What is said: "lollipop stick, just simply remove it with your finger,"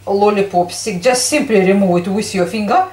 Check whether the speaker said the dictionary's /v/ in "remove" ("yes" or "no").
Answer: no